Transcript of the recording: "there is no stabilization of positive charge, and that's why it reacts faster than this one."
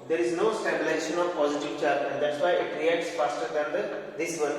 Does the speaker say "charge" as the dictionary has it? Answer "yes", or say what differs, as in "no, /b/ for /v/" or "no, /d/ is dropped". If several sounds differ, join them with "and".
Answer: no, /dʒ/ is dropped